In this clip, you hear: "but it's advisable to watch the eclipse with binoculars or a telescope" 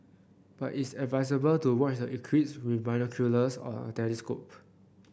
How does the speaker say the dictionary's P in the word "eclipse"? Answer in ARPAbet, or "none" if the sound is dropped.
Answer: none